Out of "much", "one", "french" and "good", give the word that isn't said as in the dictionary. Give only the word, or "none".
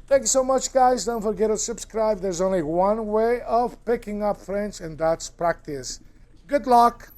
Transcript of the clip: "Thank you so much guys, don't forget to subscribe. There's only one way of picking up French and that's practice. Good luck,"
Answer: french